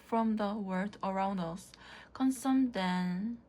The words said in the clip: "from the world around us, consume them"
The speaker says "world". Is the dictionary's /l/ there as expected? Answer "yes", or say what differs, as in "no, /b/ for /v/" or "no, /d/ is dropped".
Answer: no, /l/ is dropped